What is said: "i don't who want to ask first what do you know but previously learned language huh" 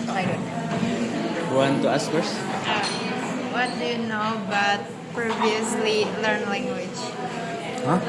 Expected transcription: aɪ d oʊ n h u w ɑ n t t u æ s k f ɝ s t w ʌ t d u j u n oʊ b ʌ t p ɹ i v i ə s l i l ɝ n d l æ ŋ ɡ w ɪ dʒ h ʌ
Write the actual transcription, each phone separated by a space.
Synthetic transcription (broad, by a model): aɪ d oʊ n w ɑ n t t u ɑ s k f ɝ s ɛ w ʌ t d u j u n oʊ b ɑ t p ɹ i v i ə s l i l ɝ n l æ ŋ ɡ w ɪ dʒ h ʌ